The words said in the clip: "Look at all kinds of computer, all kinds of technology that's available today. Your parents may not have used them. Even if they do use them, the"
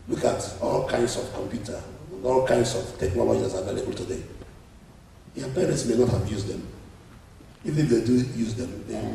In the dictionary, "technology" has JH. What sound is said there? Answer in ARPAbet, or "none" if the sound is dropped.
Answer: none